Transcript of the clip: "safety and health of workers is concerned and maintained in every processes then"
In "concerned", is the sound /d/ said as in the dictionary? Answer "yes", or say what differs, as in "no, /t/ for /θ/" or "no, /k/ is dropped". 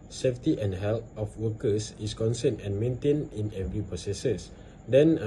no, /d/ is dropped